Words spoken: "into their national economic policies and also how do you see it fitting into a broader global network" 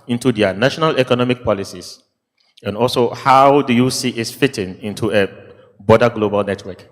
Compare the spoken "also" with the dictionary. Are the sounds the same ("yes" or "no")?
yes